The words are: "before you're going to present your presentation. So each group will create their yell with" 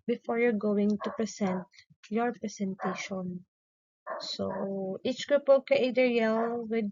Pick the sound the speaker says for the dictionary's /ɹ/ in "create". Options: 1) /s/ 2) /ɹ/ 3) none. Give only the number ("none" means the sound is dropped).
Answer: 3